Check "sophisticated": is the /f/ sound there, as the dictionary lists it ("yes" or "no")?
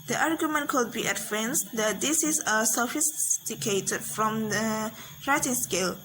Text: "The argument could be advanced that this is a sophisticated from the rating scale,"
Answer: yes